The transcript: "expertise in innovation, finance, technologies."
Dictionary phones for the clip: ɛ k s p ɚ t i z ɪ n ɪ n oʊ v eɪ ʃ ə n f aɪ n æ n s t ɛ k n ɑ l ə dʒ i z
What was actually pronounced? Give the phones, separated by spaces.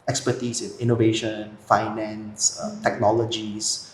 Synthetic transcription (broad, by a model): ɛ k s p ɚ t i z ɪ n ɪ n oʊ v eɪ ʃ ə n f aɪ n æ n s t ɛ k n ɑ l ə dʒ i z